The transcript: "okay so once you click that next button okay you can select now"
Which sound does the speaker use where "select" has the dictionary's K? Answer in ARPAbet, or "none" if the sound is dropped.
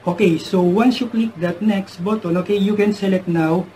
none